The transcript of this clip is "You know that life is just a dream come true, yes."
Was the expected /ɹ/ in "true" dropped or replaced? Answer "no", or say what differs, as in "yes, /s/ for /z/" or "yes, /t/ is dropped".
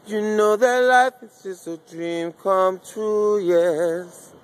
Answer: yes, /ɹ/ is dropped